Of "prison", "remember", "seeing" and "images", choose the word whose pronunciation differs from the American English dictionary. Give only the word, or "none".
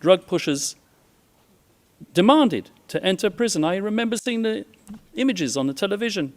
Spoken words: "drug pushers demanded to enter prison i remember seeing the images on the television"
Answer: none